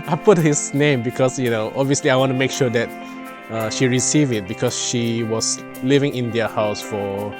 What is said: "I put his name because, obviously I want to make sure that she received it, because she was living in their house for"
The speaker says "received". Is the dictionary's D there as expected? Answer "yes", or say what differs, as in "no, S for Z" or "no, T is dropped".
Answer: no, D is dropped